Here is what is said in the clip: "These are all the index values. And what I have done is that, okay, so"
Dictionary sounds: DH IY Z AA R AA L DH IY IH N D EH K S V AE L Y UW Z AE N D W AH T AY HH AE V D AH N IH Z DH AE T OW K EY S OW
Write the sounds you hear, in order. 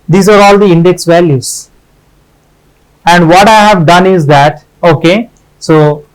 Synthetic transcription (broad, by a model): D IY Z AA R AA L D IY IH N D EH K S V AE L Y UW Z AE N D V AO T AY HH AE V D AH N IH Z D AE T OW K EY S OW